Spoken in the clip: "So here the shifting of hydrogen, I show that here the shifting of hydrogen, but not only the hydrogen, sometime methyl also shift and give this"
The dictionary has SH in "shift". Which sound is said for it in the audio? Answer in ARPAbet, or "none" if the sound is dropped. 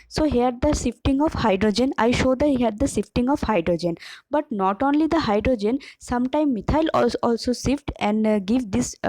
S